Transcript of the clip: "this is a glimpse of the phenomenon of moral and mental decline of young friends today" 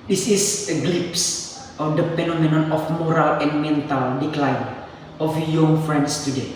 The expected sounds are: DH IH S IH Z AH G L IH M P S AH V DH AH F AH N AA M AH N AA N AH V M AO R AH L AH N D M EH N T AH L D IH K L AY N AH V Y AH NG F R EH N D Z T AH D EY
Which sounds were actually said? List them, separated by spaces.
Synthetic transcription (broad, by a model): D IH S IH S AH G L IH P S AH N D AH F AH N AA M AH N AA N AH F M AO R AH L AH N M EH N T AH L D IH K L AY N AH F Y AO NG F R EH N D S T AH D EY